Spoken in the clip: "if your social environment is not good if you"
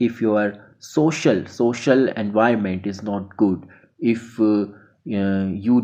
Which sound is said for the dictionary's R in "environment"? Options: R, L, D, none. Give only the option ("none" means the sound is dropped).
none